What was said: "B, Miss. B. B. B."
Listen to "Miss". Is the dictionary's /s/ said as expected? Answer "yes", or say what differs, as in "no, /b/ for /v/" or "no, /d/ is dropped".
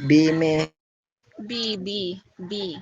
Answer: no, /s/ is dropped